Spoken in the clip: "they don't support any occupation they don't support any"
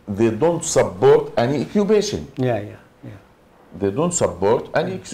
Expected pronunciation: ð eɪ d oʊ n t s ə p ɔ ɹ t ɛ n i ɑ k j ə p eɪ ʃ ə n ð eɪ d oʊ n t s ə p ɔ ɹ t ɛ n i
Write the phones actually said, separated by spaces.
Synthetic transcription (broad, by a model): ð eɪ d oʊ n t s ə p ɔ ɹ t ɛ n i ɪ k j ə b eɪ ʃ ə n ð eɪ d oʊ n t s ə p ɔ ɹ t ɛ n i